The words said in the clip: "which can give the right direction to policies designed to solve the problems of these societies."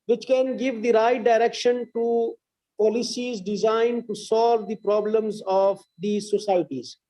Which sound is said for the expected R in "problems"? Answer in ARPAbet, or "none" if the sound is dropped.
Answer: R